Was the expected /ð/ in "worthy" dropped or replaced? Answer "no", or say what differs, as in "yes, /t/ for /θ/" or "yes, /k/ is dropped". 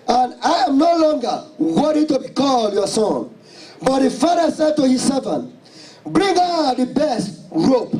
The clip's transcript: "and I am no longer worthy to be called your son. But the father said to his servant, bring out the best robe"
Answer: yes, /ð/ is dropped